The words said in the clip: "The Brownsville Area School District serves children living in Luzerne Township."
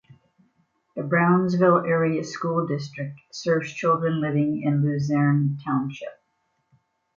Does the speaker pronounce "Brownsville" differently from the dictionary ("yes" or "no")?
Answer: no